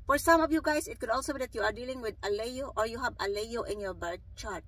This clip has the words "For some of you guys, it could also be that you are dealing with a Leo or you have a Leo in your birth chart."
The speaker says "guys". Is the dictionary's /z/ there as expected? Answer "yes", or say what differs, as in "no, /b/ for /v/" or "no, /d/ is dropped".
no, /s/ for /z/